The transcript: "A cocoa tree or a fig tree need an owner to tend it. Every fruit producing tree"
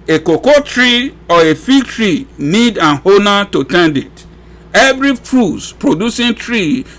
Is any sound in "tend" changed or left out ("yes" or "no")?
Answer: no